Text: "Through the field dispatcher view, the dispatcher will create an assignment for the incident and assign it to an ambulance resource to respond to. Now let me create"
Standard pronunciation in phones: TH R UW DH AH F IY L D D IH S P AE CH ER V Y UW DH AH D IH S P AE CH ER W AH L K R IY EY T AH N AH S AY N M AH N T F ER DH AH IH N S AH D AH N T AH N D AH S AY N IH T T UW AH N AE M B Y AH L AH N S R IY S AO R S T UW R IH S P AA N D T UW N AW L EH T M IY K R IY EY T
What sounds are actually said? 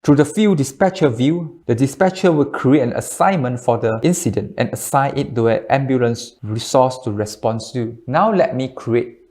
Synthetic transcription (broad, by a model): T R UW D AH F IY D D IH S P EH CH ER V Y UW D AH D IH S P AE CH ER W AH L K R IY EY T AH N AH S AY N M AH N T F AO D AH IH N S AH D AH N T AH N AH S AY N IH T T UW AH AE M B Y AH L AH N S R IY S AO S T UW R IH S P AA N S T UW N AW L EH T M IY K R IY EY T